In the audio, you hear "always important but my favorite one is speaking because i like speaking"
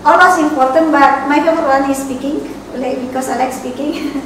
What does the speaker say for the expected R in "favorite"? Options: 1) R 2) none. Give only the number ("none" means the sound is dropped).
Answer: 2